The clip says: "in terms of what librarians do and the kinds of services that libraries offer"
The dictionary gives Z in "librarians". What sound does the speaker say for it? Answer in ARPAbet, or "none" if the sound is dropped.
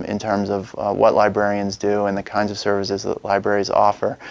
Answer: Z